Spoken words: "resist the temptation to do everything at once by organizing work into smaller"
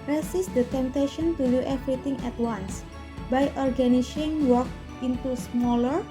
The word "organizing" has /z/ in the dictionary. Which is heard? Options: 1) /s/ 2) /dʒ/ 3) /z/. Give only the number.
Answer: 1